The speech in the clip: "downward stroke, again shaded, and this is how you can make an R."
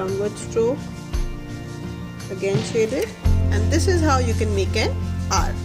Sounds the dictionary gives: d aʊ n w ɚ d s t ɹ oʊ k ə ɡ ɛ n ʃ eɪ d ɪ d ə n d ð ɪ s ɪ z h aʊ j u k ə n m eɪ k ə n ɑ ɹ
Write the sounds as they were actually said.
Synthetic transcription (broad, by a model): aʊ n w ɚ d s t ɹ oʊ ə ɡ ɛ n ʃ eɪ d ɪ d ə n d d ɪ s ɪ z h aʊ j u k ə n m eɪ k ə n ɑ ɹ